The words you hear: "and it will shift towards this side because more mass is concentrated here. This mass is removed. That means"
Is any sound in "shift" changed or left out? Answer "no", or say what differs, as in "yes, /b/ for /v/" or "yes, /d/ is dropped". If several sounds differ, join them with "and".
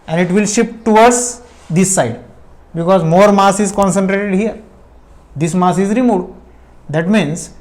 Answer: yes, /p/ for /f/